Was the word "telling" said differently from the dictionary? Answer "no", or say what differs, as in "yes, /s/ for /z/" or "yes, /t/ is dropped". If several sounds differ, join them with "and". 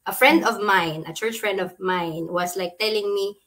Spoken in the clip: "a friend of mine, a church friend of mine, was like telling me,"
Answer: no